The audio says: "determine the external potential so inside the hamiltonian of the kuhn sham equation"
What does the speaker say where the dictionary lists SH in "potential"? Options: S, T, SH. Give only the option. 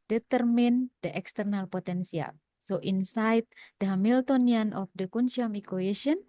S